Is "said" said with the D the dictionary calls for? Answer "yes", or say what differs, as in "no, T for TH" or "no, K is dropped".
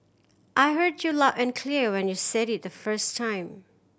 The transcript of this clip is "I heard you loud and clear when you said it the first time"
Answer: yes